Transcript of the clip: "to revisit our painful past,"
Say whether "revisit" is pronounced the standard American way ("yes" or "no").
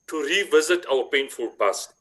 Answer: yes